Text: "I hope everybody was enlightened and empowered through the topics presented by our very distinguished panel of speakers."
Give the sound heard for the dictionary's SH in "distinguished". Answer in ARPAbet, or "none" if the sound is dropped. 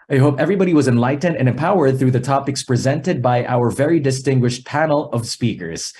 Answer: SH